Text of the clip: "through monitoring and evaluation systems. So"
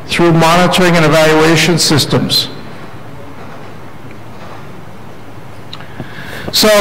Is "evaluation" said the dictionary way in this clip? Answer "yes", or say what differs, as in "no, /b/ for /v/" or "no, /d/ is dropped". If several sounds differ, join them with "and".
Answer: yes